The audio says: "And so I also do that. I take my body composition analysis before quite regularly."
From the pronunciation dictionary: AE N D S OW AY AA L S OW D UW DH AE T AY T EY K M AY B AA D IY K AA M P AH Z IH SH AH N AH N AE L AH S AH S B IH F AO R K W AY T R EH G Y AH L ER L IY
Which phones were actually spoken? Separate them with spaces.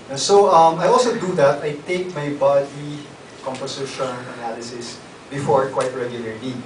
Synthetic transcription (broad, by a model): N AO S OW AY AA L S OW D UW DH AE T AY T EY K M AY B AA D IY K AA M P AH S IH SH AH N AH N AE L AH S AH S B IH F AO R K W AY T R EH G Y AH L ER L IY